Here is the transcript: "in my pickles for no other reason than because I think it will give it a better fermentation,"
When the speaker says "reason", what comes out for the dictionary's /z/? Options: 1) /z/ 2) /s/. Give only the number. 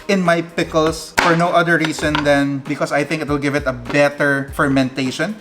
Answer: 2